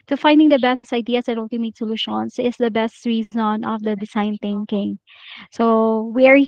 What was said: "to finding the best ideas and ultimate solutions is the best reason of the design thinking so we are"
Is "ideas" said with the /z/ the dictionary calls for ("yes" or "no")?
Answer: no